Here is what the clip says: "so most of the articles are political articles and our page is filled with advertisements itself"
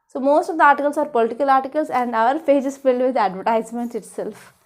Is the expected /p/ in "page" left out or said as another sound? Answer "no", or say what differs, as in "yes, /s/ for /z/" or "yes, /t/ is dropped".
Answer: yes, /f/ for /p/